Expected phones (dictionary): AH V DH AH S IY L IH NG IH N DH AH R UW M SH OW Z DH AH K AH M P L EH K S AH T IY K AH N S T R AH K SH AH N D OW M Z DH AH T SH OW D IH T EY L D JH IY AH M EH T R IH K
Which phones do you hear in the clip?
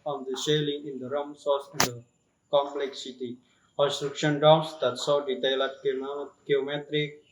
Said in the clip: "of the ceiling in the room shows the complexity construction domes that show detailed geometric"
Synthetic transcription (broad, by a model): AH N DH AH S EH L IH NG IH N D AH R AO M S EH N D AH K AH M P L EH K S AH T IY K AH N S T R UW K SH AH N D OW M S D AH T S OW D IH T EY L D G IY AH M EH T R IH K